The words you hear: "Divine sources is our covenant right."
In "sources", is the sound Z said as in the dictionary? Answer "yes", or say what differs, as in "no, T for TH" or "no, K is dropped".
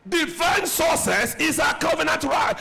no, S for Z